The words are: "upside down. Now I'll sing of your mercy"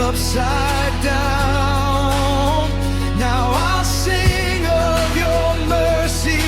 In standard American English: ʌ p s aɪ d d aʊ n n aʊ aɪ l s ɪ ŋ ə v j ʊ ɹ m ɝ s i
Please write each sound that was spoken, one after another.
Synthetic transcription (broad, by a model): ʌ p s aɪ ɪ d aʊ n n aʊ aɪ l s ɪ ŋ ə v j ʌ ɹ m ɝ s i